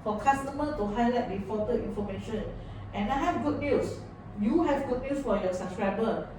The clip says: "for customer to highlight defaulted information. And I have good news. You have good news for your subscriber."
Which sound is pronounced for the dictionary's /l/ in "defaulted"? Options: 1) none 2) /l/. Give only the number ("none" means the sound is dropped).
1